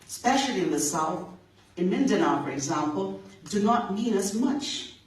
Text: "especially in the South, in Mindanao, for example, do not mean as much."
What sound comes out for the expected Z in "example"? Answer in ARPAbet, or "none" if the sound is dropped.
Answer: Z